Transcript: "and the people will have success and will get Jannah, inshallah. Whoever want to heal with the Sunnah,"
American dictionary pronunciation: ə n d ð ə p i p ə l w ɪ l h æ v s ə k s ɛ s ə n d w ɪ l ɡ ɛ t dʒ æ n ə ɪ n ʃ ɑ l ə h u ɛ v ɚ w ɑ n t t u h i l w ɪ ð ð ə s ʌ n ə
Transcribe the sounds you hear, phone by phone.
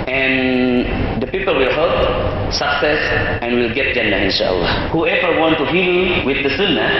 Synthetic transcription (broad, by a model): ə n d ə p i p ə l w ɪ l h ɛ p s ə k s ɛ s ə n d w ɪ l ɡ ɛ t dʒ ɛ n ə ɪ n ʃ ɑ l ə h u ɛ v ɚ w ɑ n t t u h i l w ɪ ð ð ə s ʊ n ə